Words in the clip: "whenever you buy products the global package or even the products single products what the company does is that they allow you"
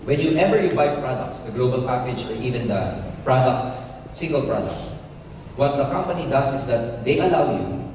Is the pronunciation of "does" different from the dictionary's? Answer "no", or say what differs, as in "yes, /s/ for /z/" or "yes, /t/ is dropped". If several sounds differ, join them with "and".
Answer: yes, /s/ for /z/